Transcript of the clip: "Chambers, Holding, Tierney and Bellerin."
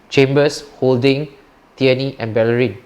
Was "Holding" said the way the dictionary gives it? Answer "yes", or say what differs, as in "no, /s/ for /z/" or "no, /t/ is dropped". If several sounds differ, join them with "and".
yes